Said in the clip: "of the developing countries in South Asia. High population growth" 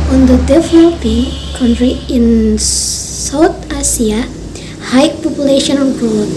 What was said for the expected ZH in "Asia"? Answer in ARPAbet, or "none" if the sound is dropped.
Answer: S